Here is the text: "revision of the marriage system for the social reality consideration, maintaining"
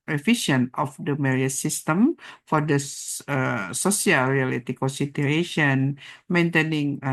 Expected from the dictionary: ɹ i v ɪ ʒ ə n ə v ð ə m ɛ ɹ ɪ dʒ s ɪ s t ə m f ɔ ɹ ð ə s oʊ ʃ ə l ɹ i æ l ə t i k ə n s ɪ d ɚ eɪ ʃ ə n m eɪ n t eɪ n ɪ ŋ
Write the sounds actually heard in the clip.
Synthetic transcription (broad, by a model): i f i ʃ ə n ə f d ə m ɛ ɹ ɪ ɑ s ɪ s t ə m f ɔ ɹ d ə s oʊ s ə l ɹ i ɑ l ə t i k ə n s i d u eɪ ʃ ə n m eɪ n t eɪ n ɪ ŋ